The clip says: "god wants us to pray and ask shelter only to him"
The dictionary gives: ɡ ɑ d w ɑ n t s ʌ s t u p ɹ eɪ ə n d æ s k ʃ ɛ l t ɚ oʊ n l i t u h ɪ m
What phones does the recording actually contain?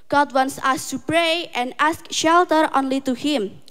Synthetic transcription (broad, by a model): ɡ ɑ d w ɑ n s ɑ s t u p ɹ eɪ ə n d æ s k ʃ ɛ l t ɚ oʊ n l i t u h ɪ m